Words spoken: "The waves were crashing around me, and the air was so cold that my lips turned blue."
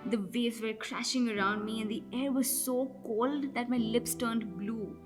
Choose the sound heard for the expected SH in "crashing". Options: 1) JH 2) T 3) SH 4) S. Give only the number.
3